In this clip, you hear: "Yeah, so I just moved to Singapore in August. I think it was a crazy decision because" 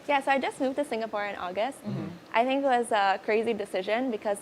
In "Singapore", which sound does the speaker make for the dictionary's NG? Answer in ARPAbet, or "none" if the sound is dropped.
NG